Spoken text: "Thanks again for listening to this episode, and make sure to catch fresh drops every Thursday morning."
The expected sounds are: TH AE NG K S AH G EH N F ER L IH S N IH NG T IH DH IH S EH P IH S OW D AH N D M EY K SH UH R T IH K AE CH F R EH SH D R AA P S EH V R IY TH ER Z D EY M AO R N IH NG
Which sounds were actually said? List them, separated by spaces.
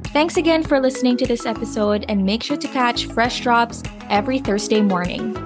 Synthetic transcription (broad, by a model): TH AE NG K S AH G EH N F ER L IH S N IH NG T IH DH IH S EH P IH S OW D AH N M EY K SH UH R T IH K AE CH F R EH SH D R AA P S EH V R IY TH ER Z D EY M AO R N IH NG